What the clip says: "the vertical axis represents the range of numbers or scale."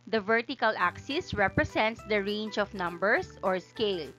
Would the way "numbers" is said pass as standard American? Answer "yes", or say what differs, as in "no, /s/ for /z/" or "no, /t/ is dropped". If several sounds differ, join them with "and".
no, /s/ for /z/